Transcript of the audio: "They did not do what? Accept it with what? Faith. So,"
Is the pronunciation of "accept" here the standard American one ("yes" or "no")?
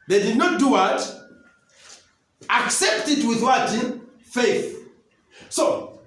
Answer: yes